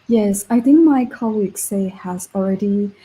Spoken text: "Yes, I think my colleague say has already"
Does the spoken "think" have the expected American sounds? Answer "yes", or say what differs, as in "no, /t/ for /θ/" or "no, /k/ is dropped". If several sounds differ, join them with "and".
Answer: yes